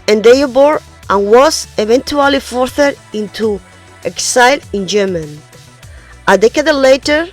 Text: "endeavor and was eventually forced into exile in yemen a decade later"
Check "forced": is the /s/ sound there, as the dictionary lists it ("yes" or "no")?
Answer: no